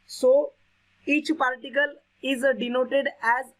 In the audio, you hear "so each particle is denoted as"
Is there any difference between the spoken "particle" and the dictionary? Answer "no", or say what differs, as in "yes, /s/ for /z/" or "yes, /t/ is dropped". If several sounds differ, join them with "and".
yes, /l/ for /ɹ/